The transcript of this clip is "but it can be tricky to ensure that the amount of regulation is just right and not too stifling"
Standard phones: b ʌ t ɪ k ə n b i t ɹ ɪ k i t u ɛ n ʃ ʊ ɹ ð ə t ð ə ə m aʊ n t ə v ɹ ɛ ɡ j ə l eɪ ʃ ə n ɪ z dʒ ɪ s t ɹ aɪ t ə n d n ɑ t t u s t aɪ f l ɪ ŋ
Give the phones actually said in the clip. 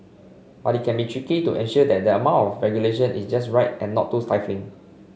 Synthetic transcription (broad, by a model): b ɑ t ɪ k ə n b i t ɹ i k i t u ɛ n ʃ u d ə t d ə ə m aʊ n t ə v ɹ ɛ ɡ j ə l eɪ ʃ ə n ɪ s dʒ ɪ s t ɹ aɪ t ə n n ɑ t t u s t aɪ f l ɪ ŋ